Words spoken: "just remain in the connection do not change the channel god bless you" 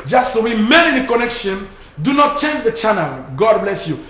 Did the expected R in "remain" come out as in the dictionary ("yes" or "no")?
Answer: no